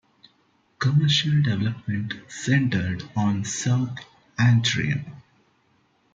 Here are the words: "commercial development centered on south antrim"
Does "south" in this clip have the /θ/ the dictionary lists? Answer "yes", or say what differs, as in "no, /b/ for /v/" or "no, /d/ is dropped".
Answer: no, /t/ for /θ/